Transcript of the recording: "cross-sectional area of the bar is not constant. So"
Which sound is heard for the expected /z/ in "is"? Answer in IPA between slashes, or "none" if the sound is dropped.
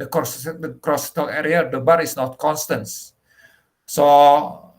/s/